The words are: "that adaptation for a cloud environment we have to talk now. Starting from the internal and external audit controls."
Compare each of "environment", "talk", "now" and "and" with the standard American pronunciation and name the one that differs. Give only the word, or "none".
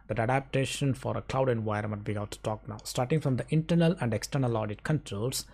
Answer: environment